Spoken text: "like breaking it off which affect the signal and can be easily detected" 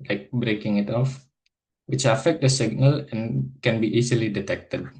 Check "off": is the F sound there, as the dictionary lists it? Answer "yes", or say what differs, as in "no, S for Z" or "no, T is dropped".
yes